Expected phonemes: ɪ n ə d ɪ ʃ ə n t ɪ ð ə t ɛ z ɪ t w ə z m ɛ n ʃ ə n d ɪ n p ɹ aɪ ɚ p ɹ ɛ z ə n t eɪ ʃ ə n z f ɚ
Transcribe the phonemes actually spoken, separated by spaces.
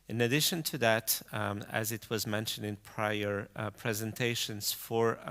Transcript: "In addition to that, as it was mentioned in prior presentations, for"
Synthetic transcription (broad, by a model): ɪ n ə d ɪ ʃ ə n t ɪ ð ə t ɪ z ɪ t w ə z m ɛ n ʃ ə n d ɪ n p ɹ aɪ ɚ p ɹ ɛ z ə n t eɪ ʃ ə n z f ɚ